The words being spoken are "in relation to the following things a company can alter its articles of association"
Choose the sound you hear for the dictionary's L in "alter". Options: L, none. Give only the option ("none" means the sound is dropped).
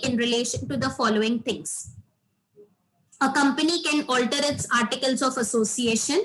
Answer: L